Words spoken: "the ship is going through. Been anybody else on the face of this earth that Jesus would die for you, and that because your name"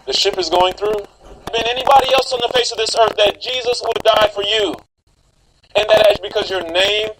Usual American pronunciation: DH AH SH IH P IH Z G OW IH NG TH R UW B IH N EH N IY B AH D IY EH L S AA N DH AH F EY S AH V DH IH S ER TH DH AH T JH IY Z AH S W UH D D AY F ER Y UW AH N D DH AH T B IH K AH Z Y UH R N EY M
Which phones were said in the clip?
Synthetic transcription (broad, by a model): DH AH SH IH P IH Z G OW IH NG TH R UW B IH N EH N IY B AH D IY EH L S N DH AH F EY S AH V DH IH S ER TH DH AH T JH IY Z AH S W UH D D AY F ER Y UW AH N DH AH T B IH K AH Z Y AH R N EY M